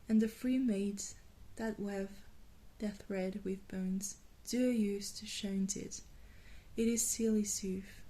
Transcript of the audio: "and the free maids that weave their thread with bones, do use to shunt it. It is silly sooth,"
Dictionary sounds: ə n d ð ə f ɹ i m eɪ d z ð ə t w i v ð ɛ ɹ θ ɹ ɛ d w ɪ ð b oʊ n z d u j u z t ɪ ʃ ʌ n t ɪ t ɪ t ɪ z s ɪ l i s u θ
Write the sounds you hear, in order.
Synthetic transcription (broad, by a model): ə n ð ə f ɹ i m eɪ d z ð ə t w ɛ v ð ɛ θ ɹ ɛ d w ɪ ð b oʊ n z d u j u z t ɪ ʃ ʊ n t ɪ t ɪ t ɪ z s ɪ l i s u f